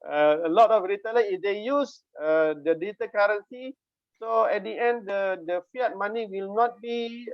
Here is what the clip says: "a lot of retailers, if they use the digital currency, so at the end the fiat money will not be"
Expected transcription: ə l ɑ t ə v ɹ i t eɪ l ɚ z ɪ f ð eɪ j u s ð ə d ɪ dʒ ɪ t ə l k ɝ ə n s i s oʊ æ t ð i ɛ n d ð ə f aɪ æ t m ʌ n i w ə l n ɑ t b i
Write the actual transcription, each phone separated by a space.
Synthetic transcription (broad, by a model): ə l ɑ t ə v ɹ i t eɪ l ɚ ɪ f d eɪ j u s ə d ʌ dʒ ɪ t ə k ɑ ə n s i s oʊ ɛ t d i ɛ n d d ə f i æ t m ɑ n i w ə l n ɑ t b i